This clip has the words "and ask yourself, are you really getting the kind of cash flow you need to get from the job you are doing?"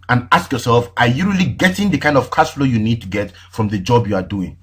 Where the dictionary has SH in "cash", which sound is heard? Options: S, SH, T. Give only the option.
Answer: S